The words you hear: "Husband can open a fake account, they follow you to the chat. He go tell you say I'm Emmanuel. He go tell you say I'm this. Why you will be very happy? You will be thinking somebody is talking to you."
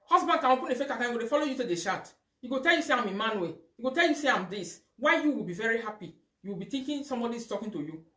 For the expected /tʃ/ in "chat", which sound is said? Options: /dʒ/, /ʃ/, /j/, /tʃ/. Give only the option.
/ʃ/